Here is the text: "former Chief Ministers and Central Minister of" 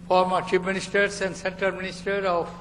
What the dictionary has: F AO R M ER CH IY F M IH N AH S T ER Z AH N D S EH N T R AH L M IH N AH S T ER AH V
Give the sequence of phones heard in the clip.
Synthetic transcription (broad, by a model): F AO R M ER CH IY P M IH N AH S T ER S AH N D S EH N T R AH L M IH N AH S T ER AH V